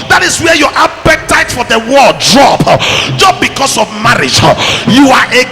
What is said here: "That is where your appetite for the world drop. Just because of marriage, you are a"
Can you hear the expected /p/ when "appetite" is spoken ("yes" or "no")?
no